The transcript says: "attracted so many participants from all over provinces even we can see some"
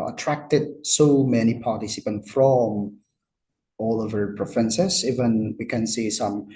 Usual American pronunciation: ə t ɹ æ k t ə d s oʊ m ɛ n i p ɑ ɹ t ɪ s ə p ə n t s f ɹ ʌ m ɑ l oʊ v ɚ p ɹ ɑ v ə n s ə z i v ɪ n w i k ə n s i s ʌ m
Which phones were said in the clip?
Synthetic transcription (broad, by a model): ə t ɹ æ k t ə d s oʊ m ɛ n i p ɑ ɹ t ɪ s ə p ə n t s f ɹ ʌ m ɑ l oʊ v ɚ p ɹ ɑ f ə n s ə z i v ɪ n w i k ə n s i s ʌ m